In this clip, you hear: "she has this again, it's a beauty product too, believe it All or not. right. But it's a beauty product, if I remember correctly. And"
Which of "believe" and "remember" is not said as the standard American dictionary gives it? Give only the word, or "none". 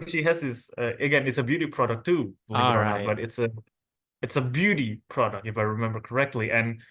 believe